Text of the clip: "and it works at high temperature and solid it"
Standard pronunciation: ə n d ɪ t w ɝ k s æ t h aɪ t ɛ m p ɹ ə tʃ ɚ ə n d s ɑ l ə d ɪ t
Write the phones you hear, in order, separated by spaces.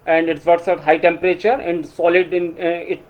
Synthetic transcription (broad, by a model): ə n d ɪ t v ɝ s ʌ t h aɪ t ɛ m p ɹ ə tʃ ɚ ə n d s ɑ l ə d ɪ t